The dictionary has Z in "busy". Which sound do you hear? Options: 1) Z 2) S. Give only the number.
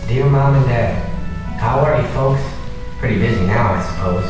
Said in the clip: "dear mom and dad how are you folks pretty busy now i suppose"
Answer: 1